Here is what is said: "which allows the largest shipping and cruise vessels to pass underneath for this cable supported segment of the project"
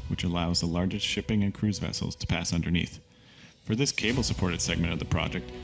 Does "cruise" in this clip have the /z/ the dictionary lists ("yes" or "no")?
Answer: yes